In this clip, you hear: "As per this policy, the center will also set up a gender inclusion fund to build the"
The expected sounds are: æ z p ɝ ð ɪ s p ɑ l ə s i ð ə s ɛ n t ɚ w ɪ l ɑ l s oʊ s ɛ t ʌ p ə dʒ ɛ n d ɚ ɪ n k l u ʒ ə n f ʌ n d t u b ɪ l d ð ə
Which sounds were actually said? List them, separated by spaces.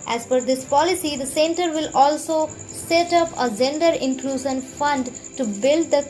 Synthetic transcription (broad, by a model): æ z f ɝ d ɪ s p ɑ l ə s i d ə s ɛ n t ɚ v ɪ l ɑ l s oʊ s ɛ t ʌ p ə dʒ ɛ n d ɚ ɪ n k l u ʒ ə n f ʌ n d t u b ɪ l d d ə